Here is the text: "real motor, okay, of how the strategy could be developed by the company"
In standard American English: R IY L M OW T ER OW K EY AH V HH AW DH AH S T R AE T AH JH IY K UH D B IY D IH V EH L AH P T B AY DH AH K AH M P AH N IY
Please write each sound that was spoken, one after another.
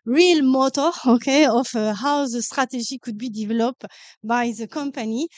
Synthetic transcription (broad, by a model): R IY L M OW T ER OW K EY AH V HH AW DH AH S T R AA T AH ZH IY K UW D B IY D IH V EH L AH P B AY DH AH K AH M P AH N IY